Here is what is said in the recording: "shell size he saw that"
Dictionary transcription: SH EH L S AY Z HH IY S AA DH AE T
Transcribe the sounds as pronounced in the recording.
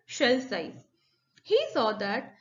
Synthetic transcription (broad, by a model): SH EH L S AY HH IY S AA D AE T